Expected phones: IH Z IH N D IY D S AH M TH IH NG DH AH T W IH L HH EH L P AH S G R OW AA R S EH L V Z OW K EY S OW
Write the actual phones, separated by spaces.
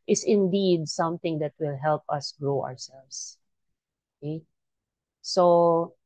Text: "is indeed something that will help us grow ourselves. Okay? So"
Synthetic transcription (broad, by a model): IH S IH N D IY D S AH M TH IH NG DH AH T W IH L HH EH L P AH S G R OW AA R S EH L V S OW K EY S OW